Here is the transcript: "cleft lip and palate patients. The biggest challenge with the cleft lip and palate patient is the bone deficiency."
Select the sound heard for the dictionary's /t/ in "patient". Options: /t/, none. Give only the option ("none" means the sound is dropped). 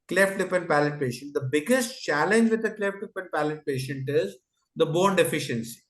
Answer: /t/